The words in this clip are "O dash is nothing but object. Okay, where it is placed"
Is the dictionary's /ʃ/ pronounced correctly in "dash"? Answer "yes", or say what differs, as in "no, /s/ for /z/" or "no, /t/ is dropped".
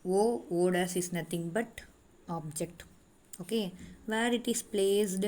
no, /s/ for /ʃ/